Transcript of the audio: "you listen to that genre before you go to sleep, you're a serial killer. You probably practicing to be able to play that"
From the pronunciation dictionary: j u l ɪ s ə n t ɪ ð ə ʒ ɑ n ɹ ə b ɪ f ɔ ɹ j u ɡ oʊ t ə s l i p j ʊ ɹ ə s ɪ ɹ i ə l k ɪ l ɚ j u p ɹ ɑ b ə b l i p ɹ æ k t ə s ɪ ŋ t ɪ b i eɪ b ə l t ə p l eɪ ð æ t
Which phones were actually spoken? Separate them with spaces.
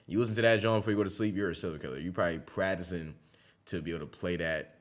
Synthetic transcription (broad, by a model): j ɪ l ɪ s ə n t ɪ ð ə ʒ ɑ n b ɪ f ɔ ɹ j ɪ ɡ oʊ t ə s l i p j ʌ ɹ ə s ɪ l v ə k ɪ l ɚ j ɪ p ɹ ɑ b ə b l i p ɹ æ k t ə s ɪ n t ɪ b i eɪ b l t ə p l eɪ ð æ t